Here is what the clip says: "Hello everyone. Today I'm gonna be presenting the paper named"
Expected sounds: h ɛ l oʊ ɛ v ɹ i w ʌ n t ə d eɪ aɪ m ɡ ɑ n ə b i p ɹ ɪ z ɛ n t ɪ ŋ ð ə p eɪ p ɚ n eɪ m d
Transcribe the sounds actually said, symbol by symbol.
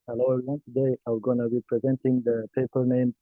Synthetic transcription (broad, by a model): h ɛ l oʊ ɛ ɹ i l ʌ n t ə d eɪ aɪ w ɡ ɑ n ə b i p ɹ ɪ z ɛ n t ɪ ŋ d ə p eɪ p ɚ n eɪ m